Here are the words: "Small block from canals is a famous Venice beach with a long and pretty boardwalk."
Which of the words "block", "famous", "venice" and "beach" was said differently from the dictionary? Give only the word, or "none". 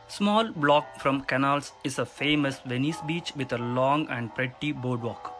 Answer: none